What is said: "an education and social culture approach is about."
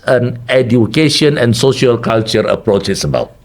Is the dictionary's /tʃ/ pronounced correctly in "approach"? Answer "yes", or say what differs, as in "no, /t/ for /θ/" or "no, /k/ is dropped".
yes